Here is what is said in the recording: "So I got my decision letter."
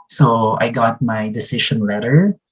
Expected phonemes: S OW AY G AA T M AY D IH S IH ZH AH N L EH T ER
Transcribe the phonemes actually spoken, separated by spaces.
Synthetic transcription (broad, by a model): S OW AY G AA T M AY D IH S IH SH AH N L EH T ER